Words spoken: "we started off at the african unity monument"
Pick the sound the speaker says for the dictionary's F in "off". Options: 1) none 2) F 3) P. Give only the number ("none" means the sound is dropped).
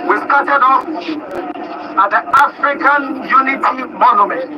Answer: 3